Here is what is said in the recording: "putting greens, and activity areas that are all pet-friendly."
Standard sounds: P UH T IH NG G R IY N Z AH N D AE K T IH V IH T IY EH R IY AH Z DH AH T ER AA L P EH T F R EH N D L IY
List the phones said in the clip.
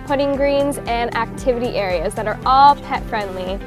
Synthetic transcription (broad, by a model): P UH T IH NG G R IY N Z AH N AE K T IH V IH T IY EH R IY AH Z DH AH T ER AA L P EH T F R EH N D L IY